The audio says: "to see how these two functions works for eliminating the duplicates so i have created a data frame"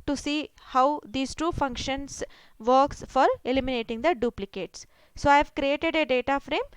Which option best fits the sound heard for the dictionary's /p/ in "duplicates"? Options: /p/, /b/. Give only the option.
/p/